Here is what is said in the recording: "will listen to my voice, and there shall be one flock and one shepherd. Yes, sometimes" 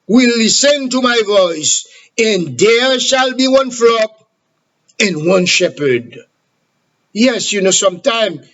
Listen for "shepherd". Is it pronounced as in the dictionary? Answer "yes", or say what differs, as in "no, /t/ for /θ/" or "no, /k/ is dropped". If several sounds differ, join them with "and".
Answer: yes